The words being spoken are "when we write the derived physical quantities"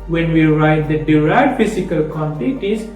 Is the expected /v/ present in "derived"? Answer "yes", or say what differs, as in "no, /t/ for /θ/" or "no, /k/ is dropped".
no, /v/ is dropped